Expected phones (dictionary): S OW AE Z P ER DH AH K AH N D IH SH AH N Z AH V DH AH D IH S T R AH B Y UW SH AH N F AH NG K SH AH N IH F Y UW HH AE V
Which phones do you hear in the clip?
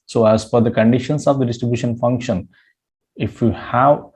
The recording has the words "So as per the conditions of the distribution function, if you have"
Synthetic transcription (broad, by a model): S OW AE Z F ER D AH K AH N D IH SH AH N S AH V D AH D IH S T R AH B Y UW SH AH N F AH NG K SH AH N IH F Y UW HH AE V